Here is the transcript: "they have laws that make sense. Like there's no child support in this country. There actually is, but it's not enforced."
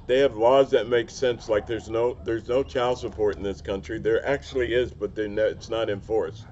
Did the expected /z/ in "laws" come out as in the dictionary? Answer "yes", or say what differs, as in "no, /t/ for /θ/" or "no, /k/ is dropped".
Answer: yes